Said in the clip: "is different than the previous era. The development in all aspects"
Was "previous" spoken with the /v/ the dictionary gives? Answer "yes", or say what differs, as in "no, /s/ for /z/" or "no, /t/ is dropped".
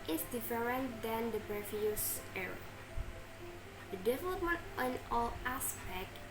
no, /f/ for /v/